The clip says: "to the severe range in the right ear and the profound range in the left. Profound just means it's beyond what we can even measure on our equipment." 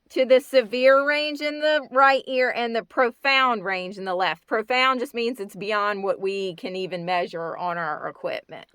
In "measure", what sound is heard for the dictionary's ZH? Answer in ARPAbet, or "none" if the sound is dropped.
ZH